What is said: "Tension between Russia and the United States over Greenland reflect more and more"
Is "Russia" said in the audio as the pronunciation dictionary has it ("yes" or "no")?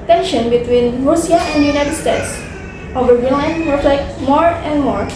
no